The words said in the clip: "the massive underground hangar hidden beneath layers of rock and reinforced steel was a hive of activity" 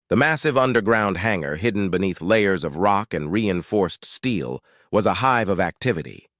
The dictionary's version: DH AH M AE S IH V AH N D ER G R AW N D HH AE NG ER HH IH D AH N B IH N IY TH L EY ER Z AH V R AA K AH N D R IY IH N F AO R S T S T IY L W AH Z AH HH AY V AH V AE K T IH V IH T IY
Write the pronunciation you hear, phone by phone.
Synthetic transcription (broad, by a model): DH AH M AE S IH V AH N D ER G R AW N D HH AE NG ER HH IH D N B IH N IY TH L EY ER Z AH V R AA K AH N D R IY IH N F AO R S T S T IY L W AH Z AH HH AY V AH V AE K T IH V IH T IY